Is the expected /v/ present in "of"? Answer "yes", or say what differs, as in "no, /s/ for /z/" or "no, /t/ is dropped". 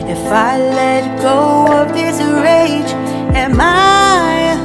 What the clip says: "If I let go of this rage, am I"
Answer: no, /p/ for /v/